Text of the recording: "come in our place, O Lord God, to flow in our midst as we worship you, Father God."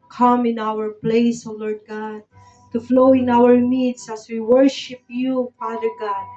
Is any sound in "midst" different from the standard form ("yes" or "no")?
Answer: yes